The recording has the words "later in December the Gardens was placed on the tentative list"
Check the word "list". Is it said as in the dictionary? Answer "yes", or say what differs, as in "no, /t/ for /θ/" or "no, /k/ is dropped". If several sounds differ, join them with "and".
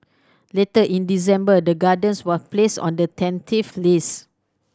no, /t/ is dropped